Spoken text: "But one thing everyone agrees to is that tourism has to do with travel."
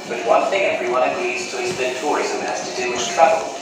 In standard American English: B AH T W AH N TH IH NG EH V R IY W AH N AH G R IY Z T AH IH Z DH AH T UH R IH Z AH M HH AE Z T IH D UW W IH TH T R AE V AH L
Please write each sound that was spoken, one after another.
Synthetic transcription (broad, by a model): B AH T W AH N TH IH NG EH V R IY W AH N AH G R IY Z T AH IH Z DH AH T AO R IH Z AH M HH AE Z T IH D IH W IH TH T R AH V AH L